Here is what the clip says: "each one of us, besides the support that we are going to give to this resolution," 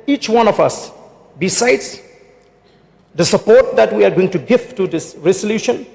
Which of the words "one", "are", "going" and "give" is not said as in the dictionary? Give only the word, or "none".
give